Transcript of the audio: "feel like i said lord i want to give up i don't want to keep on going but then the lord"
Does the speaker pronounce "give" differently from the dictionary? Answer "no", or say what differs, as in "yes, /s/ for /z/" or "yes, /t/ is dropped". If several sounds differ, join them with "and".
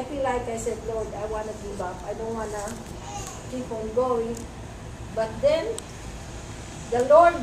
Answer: yes, /b/ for /v/